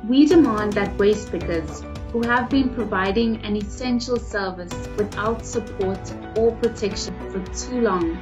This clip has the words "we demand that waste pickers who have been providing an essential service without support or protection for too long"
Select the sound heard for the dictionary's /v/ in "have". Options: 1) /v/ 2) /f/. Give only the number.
1